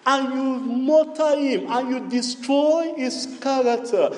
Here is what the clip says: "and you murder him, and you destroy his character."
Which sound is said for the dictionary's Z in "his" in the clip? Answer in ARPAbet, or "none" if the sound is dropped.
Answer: S